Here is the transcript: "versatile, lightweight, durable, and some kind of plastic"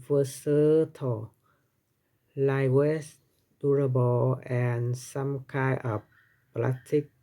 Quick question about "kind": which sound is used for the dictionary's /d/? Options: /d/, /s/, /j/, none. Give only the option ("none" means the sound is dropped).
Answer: none